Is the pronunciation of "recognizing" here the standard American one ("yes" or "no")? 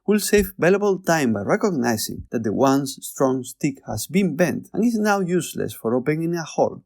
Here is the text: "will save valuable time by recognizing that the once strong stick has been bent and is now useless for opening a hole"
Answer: no